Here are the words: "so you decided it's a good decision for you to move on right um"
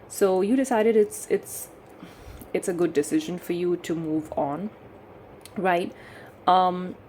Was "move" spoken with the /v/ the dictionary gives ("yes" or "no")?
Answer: yes